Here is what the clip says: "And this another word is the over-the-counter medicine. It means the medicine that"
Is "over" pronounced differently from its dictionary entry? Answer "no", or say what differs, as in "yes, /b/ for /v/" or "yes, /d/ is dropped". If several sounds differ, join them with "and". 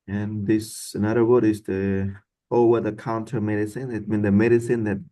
yes, /w/ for /v/